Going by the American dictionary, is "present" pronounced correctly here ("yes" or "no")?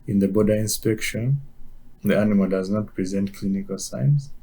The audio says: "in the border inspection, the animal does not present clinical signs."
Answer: yes